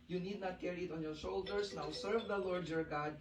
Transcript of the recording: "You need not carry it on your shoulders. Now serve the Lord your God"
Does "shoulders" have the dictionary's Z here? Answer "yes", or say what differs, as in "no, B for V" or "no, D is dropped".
no, S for Z